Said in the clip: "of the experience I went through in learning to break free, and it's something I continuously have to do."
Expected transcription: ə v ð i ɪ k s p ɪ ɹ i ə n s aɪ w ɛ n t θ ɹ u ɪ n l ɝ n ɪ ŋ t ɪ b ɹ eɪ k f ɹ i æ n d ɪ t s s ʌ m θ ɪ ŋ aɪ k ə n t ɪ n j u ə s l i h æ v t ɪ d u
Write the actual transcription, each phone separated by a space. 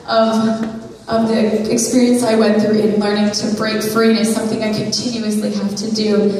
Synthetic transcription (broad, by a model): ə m ð i ɪ k s p ɪ ɹ i ə n s aɪ w ɛ n θ ɹ u ɪ n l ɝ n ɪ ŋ t ɪ b ɹ eɪ k f ɹ i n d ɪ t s s ʌ m θ ɪ ŋ aɪ k ə n t ɪ n j u ə s l i h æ f t ɪ d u